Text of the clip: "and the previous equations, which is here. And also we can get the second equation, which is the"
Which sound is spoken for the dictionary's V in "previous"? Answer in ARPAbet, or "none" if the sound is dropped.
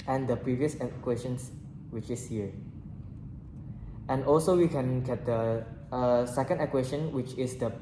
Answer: V